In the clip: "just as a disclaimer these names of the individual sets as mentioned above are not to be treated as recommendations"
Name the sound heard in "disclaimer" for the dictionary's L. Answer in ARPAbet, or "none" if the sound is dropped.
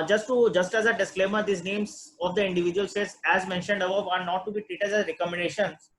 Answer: L